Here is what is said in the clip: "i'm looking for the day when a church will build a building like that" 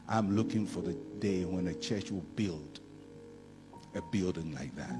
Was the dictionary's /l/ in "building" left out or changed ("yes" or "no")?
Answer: no